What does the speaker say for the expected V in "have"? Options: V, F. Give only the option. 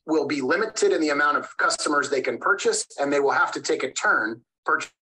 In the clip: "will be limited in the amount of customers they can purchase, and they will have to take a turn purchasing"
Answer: F